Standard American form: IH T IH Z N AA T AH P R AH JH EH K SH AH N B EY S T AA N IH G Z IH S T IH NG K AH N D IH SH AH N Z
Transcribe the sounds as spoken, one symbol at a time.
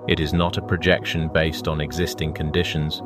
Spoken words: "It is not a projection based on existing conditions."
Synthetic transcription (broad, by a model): IH T IH Z N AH T AH P R AH JH EH K SH AH N B EY S T N IH G Z IH S T IH NG K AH N D IH SH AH N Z